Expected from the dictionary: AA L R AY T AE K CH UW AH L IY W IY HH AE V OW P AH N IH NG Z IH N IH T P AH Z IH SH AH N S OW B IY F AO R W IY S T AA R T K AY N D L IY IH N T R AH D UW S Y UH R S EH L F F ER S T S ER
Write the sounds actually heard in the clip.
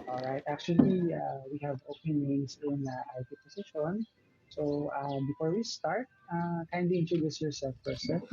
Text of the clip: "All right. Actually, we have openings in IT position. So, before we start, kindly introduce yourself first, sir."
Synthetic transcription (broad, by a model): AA L R AY T AE K CH UW AH L IY W IY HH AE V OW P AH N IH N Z IH N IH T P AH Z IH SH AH N S OW B IY F AO R W IY S T AA R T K AY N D IY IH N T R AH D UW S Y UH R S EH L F P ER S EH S